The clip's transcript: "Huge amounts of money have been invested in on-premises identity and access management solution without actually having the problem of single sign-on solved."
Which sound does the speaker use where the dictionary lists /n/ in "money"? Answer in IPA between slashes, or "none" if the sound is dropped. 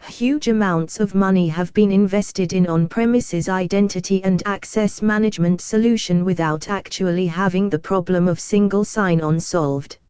/n/